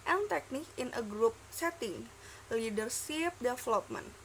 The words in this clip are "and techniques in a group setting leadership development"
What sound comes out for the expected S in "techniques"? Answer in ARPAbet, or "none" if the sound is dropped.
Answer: none